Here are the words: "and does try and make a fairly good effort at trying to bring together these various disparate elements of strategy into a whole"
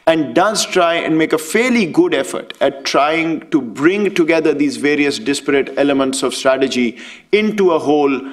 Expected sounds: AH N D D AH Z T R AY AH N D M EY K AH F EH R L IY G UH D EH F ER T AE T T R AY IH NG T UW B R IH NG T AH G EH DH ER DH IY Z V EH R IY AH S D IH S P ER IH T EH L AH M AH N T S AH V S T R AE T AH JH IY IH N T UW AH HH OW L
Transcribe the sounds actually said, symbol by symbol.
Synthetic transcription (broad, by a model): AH N D D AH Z T R AY AH N D M EY K AH F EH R L IY G UH D EH F ER T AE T T R AY IH NG T UW B R IH NG T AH G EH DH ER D IY Z V EH R IY AH S D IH S P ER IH T EH L AH M AH N T S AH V S T R AE T AH JH IY IH N T UW AH HH OW L